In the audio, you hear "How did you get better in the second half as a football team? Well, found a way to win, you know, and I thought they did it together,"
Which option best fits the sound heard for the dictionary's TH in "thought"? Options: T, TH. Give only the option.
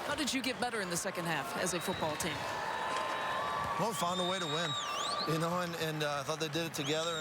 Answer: TH